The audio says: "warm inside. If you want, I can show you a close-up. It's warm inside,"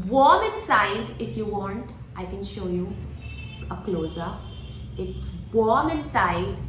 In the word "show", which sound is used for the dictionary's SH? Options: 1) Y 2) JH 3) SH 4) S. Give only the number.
3